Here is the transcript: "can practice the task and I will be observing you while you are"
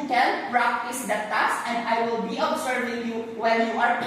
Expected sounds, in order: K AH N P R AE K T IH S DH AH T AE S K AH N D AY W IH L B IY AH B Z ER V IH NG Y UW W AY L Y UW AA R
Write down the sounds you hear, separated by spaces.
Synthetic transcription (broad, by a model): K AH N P R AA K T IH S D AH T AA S AH N D AY W IH L B IY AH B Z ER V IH NG Y UW W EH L Y UW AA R